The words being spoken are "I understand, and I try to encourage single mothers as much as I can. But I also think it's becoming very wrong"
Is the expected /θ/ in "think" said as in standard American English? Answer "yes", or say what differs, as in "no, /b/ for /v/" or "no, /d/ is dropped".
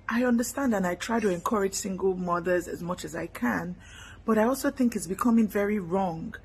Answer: yes